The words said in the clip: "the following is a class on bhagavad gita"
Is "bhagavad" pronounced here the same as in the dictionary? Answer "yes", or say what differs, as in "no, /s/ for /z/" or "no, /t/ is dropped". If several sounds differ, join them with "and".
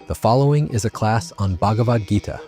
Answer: yes